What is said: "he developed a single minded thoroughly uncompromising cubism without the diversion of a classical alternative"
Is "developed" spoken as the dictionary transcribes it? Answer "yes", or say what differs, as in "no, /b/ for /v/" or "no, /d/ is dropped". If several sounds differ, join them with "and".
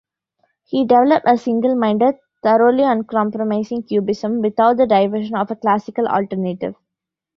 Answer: yes